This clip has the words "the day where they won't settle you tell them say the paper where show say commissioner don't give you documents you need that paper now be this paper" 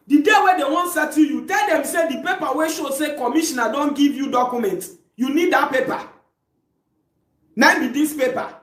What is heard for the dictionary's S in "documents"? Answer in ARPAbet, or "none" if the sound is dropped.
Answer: none